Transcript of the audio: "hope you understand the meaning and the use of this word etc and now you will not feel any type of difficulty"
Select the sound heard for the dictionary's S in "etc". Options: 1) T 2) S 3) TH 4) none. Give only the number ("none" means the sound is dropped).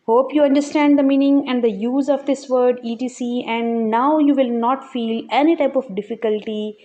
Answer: 4